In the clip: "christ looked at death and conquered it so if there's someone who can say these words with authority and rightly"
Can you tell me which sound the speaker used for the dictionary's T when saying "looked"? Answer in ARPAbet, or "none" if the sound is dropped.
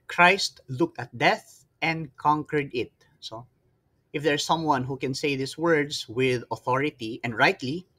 T